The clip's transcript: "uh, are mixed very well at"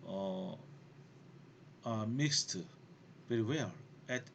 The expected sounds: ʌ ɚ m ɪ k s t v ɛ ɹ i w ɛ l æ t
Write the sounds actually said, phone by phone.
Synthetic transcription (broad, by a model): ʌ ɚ m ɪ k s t p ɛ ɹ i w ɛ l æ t